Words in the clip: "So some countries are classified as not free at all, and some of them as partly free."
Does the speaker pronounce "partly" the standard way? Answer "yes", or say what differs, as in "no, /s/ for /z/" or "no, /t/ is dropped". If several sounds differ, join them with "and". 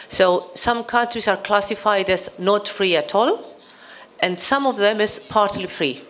yes